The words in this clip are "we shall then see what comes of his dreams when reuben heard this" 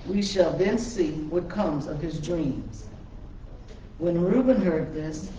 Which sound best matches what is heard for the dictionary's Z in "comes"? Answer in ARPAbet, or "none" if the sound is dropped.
Z